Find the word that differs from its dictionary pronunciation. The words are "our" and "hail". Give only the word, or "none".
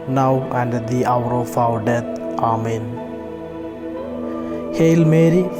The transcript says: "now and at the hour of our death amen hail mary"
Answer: our